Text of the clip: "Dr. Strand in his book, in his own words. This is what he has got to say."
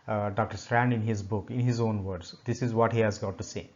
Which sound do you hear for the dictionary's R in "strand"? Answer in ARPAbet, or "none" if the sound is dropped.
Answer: R